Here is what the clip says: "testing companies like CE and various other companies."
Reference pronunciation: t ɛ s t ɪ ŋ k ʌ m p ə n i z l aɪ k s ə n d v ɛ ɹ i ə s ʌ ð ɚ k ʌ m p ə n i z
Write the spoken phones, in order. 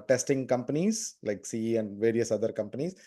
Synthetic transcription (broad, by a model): t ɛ s t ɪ ŋ k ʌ m p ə n i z l aɪ k s ə n d v ɛ ɹ i ə s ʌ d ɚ k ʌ m p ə n i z